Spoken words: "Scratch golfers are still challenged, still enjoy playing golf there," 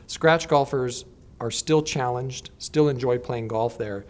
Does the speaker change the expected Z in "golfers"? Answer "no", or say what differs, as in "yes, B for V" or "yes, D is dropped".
no